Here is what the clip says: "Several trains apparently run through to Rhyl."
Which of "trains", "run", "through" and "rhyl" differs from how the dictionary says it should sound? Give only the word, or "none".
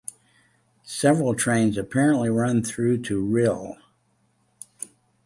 none